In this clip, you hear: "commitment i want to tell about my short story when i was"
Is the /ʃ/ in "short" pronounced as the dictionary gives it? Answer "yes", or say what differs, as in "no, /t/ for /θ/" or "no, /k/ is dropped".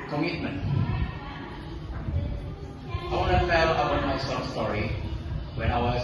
no, /s/ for /ʃ/